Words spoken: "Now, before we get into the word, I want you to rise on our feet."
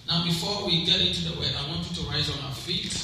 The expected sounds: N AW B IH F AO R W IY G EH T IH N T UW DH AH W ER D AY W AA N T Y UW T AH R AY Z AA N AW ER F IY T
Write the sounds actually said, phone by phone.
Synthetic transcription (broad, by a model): N AW B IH F AO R W IY G EH T IH N T UW DH AH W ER AY W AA N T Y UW T AH R AY Z AA N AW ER F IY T